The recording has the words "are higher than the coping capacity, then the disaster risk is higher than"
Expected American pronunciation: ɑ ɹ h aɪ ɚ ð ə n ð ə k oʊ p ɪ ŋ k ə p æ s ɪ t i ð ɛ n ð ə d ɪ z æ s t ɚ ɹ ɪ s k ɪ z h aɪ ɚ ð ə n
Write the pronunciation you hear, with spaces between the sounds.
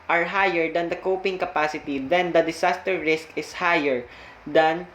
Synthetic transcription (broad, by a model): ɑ ɹ h aɪ ɚ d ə n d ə k oʊ p ɪ ŋ k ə p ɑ s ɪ t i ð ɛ n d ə d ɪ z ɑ s t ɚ ɹ ɪ s k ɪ s h aɪ ɚ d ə n